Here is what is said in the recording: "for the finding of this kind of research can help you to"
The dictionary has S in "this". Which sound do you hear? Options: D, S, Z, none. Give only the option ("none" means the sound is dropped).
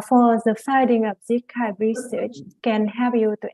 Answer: none